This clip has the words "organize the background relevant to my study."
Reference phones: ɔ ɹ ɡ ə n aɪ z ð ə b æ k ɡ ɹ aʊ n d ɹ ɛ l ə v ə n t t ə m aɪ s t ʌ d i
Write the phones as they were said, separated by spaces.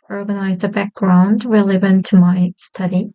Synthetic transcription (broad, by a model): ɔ ɹ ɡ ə n aɪ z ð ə b æ k ɡ ɹ aʊ n d w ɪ l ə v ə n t t ə m aɪ s t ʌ d i